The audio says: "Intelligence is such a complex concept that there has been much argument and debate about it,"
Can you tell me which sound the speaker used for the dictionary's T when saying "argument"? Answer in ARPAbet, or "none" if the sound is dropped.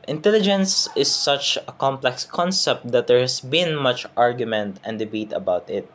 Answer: T